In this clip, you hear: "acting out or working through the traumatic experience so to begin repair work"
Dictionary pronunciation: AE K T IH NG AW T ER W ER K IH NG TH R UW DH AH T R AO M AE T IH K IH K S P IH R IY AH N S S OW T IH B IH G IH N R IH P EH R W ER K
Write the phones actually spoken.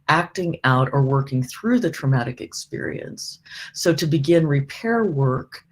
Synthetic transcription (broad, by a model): AE K T IH NG AW T ER W ER K IH NG TH R UW DH AH T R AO M AE T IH K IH K S P IH R IY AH N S S OW T IH B IH G IH N R IH P EH R W ER K